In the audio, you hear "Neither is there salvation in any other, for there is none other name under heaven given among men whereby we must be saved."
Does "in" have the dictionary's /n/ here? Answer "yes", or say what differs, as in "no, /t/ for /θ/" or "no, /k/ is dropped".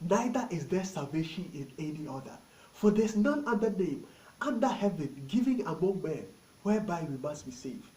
yes